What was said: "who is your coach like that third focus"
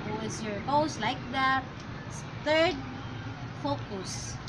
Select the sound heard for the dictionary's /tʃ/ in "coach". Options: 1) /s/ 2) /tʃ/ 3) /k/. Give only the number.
1